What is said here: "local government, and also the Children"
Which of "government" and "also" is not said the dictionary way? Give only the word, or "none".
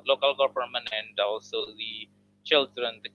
government